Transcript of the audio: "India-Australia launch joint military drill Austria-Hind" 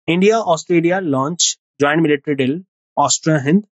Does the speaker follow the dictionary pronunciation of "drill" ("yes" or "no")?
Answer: no